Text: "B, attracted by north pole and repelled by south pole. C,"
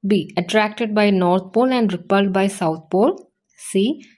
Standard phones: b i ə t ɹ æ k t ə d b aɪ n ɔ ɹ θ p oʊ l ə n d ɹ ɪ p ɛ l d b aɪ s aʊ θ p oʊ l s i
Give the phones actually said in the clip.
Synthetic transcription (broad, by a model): b i ə t ɹ æ k t ə d b aɪ n ɔ ɹ t p oʊ l ə n d ɹ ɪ p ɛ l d b aɪ s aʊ t p oʊ l s i